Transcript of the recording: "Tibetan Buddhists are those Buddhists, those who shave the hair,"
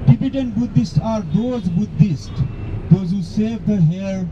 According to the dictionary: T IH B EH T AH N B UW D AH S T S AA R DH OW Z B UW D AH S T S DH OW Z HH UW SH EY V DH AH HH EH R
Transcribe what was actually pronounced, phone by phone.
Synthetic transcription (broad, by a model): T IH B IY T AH N B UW D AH S T AA R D OW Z B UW D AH S T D OW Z HH UW S EY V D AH HH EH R